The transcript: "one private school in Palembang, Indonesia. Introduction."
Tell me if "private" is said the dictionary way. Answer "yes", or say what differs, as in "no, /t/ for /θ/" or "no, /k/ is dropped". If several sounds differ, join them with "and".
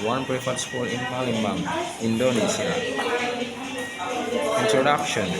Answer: no, /f/ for /v/